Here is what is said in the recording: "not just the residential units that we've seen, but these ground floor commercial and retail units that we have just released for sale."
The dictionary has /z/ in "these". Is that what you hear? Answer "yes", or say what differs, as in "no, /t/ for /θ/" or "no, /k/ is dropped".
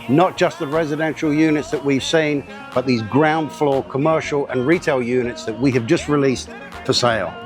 yes